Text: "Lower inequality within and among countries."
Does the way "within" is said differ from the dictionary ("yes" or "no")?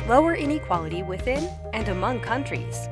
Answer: no